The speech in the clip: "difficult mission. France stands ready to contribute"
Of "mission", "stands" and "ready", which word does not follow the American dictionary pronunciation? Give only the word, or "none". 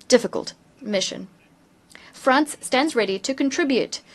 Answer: none